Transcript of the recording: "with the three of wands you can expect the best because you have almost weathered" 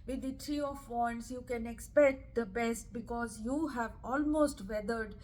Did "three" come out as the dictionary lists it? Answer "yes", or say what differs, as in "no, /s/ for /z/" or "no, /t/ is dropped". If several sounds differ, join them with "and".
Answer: no, /t/ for /θ/